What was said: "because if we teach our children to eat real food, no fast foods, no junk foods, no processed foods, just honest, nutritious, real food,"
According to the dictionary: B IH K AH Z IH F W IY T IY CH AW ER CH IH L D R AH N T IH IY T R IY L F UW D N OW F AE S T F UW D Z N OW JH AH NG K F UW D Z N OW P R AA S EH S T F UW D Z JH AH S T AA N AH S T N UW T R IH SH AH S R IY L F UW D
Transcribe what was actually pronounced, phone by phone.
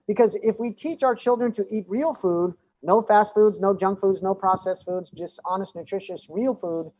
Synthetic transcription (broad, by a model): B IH K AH Z IH F W IY T IY CH AW ER CH IH L D R AH N T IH IY T R IY L F UW D N OW F AE S T F UW D Z N OW JH AH NG K F UW D Z N OW P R AA S EH S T F UW D Z JH AH S T AA N AH S T N UW T R IH SH AH S R IY L F UW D